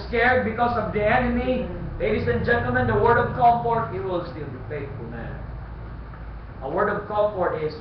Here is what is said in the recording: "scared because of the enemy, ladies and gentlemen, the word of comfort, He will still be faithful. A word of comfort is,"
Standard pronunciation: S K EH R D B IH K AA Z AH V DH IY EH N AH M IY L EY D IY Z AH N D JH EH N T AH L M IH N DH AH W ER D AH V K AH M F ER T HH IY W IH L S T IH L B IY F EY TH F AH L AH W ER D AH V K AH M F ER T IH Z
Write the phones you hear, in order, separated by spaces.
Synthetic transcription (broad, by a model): S K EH R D B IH K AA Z AH V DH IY EH N AH M IY L EY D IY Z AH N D JH EH N T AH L M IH N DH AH W ER D AH V K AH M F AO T HH IY W IH L S T IH L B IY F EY T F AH N AH W ER D AH V K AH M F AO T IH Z